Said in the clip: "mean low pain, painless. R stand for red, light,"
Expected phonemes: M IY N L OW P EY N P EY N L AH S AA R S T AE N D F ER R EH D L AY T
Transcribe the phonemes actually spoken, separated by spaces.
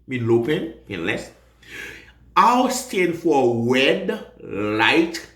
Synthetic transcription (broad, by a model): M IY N L OW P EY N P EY N L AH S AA W S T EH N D F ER W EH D L AY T